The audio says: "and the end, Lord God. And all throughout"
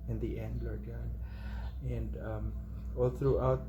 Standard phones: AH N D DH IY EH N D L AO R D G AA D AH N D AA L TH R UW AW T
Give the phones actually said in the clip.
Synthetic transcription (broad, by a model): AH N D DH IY EH N D L AO R D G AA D AH N D AA L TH R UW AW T